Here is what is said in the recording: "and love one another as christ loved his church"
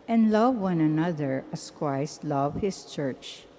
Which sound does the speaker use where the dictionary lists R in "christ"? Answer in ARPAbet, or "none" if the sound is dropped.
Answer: W